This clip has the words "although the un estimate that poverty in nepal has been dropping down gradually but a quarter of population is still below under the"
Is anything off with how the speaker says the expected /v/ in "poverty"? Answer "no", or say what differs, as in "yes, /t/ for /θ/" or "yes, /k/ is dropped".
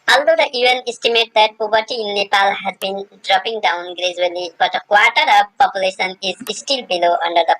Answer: yes, /b/ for /v/